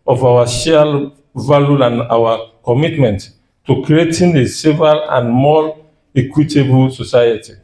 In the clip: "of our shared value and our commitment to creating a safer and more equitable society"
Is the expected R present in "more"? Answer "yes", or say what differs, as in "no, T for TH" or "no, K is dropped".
no, L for R